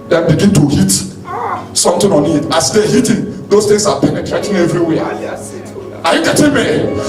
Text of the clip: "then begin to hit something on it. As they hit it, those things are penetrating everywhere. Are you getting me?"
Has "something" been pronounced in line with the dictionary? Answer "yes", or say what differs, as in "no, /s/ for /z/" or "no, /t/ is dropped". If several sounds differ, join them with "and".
no, /t/ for /θ/